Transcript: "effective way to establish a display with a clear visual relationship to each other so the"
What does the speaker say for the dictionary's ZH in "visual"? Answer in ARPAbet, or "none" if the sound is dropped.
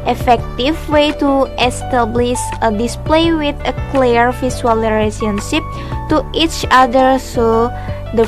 S